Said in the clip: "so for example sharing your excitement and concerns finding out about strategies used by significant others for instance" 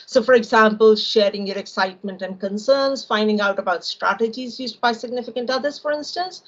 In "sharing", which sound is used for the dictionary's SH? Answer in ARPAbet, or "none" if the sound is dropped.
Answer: SH